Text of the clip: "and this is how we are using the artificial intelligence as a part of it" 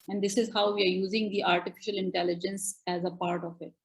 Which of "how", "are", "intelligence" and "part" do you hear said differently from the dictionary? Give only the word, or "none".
none